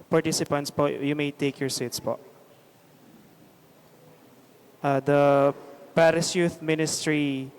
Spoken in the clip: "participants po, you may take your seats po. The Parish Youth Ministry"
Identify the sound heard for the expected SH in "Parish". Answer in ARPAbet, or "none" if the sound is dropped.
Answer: S